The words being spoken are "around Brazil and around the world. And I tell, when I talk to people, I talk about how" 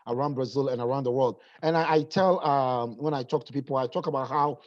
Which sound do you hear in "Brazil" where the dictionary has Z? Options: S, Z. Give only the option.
Z